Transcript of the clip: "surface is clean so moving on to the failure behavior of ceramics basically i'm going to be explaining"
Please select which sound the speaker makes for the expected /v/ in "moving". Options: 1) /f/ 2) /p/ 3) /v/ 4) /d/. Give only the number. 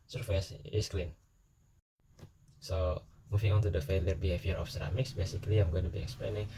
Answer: 1